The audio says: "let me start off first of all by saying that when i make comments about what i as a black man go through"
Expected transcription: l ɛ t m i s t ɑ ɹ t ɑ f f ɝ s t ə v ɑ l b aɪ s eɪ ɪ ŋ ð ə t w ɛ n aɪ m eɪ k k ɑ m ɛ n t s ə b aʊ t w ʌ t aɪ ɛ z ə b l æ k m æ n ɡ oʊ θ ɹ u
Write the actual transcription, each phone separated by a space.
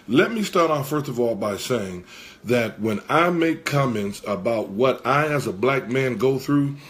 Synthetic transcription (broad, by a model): l ɛ t m i s t ɑ ɹ t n f ɝ s t ə v ɑ l b aɪ s eɪ ɪ ŋ ð ə t w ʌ n aɪ m eɪ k k ɑ m ɛ n t s ə b aʊ t w ʌ t aɪ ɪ z ə b l æ k m æ n ɡ oʊ θ ɹ u